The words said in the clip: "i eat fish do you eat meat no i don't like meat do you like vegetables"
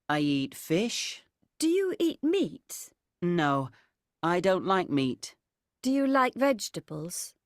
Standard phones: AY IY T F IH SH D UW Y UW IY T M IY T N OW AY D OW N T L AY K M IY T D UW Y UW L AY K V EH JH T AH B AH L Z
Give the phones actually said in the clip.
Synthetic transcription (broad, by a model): AY IY T F IH SH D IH Y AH IY T M IY T N OW AY D OW N T L AY K M IY T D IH Y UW L AY K V EH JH T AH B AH L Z